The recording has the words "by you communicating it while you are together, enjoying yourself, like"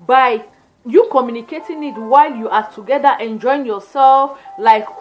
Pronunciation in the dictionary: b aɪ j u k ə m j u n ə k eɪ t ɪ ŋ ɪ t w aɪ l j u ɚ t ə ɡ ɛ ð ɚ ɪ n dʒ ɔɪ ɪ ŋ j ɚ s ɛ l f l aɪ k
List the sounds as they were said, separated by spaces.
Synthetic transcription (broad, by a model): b aɪ j u k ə m j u n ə k eɪ t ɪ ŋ ɪ t w aɪ l j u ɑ t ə ɡ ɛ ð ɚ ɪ n dʒ ɔɪ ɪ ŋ j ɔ s ɛ l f l aɪ k